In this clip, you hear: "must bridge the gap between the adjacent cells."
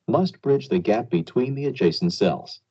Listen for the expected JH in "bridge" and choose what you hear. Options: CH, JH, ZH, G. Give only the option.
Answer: JH